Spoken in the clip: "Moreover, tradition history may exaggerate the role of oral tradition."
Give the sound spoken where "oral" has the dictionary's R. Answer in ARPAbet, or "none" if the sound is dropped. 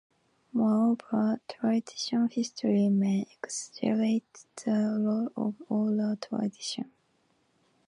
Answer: L